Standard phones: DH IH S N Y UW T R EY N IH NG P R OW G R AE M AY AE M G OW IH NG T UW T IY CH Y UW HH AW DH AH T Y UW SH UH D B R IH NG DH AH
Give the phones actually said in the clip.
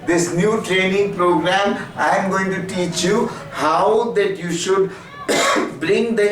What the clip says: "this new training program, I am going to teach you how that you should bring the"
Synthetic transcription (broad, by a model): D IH S N Y UW T R EY N IH NG P R OW G R AE M AY M G OW IH NG T UW T IY CH Y UW HH AW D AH T Y UW SH UH D B R IH NG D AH